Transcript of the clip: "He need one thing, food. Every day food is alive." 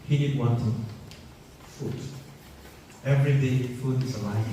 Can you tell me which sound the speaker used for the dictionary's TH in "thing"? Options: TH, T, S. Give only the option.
T